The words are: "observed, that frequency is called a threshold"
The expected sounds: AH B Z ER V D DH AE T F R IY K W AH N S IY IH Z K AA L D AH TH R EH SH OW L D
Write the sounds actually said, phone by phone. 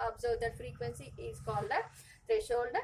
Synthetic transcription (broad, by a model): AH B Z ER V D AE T F R IY K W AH N S IY IH Z K AA L D AH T R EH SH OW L D